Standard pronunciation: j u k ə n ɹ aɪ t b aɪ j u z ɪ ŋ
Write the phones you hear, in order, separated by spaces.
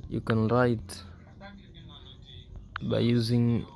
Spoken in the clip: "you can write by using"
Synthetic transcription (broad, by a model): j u k ə n ɹ aɪ t b aɪ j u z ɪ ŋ